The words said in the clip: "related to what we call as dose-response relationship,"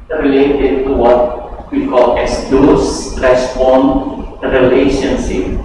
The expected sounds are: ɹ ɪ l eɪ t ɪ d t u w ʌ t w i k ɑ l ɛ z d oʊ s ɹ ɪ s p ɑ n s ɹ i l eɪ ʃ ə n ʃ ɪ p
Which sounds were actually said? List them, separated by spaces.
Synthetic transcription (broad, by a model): ɹ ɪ l eɪ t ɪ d t u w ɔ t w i k ɑ l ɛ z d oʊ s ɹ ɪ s f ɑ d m ɹ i l eɪ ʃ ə n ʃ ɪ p